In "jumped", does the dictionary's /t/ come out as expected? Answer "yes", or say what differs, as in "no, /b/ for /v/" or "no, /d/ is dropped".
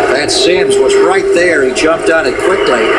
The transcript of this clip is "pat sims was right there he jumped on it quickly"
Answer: yes